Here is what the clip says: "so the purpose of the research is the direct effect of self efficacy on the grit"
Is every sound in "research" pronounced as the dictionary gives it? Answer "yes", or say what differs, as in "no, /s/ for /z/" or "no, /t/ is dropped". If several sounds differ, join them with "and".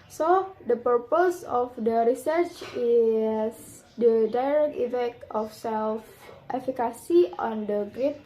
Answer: yes